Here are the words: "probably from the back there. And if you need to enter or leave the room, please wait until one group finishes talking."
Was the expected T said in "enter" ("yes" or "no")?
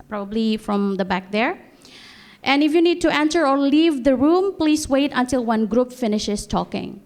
no